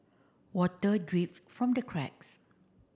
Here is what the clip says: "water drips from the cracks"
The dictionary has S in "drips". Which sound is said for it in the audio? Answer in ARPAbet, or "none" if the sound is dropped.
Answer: none